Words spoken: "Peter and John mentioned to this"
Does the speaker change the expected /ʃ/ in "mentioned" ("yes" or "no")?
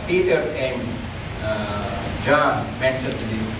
yes